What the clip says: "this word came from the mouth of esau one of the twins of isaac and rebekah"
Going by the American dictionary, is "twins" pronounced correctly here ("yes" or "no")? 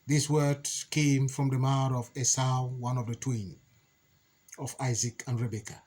no